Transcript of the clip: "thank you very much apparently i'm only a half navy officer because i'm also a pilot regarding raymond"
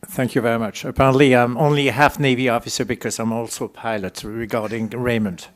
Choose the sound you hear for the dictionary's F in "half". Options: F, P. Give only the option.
F